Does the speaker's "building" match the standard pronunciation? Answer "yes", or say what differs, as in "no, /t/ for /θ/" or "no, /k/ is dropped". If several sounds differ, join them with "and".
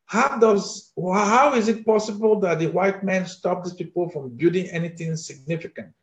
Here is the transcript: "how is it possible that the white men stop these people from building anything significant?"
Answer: no, /l/ is dropped